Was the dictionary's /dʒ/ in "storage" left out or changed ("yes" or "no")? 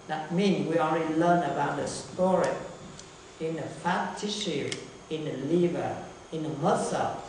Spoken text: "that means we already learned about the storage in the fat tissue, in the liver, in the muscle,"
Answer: yes